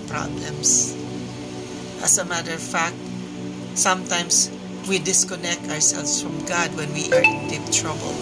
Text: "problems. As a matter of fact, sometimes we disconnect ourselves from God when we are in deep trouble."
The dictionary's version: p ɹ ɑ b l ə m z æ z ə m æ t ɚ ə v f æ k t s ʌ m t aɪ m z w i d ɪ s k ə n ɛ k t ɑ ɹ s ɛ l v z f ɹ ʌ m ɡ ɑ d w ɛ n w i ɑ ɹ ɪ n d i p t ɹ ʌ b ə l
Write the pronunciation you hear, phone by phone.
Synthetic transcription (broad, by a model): p ɹ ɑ b l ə m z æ s ə m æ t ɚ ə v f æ k t s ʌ m t aɪ m s w i d ɪ s k ə n ɛ k t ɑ ɹ s ɛ l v s f ɹ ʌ m ɡ ɑ d w ɛ n w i ɑ ɹ ɪ n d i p t ɹ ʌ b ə l